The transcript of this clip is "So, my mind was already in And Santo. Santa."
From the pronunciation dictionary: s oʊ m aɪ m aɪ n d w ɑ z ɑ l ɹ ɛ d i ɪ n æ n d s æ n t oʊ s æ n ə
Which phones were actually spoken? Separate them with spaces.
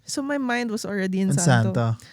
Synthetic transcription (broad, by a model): s oʊ m aɪ m aɪ n d w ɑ s ɑ l ɹ ɛ d i ɪ n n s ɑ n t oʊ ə